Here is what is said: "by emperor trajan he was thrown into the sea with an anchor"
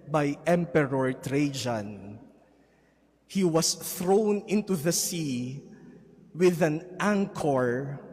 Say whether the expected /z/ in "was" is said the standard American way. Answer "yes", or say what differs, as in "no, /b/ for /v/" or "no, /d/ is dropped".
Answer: no, /s/ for /z/